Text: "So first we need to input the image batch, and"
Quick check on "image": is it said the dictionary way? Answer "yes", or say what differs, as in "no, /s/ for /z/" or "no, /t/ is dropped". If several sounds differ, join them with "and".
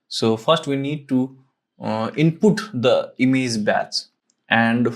no, /z/ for /dʒ/